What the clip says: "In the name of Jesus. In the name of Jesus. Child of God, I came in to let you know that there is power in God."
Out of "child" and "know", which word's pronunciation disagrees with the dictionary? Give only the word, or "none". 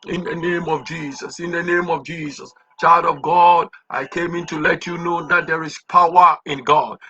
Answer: none